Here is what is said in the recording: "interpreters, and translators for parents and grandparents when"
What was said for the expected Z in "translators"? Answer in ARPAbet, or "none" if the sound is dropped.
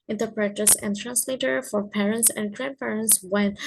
none